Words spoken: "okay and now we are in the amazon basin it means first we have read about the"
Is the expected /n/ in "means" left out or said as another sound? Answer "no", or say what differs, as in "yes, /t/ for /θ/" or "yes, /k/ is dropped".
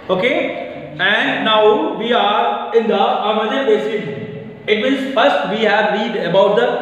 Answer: yes, /n/ is dropped